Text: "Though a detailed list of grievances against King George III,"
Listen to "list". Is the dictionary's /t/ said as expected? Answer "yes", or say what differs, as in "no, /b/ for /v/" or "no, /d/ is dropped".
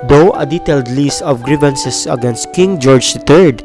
no, /t/ is dropped